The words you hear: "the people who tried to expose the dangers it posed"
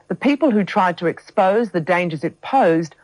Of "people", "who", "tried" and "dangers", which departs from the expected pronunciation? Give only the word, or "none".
none